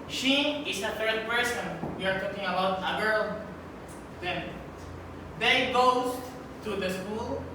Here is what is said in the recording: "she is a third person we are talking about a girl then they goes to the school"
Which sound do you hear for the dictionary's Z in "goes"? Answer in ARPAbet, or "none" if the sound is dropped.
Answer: S